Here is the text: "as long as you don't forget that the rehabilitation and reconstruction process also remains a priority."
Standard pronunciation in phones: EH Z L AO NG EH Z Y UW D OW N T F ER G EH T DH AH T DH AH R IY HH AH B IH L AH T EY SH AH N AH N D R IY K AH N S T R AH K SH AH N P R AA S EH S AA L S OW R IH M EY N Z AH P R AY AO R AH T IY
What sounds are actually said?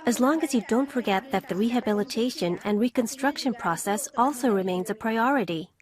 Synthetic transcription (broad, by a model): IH Z L AO NG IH Z Y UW D OW N T F ER G EH T DH AH T DH AH R IY HH AH B IH L AH T EY SH AH N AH N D R IY K AH N S T R AH K SH AH N P R AA S EH S AA L S OW R IH M EY N Z AH P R AY AO R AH T IY